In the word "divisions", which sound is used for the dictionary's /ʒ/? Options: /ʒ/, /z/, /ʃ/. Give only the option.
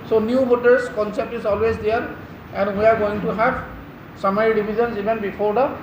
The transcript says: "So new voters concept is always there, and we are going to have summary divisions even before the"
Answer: /z/